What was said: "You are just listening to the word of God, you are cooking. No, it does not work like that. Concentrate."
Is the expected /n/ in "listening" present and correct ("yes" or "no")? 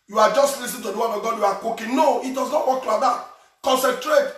no